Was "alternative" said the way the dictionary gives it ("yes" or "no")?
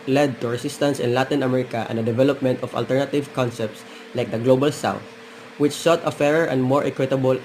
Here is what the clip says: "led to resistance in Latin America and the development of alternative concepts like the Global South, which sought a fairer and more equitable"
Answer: yes